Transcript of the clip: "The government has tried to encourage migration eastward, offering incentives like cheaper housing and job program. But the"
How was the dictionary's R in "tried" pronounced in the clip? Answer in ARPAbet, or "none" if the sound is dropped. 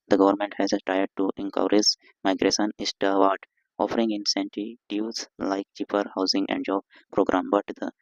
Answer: none